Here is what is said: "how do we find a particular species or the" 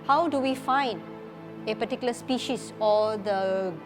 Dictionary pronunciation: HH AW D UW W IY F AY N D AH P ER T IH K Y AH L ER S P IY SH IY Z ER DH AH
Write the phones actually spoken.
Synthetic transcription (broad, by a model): HH AW D UW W IY F AY N D AH P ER T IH K Y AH L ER S P IY SH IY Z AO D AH